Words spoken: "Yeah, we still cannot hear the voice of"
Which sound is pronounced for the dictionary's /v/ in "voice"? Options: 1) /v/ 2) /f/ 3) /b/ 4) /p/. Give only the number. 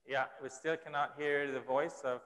1